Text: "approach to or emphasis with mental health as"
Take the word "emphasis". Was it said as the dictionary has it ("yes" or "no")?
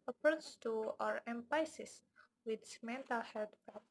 no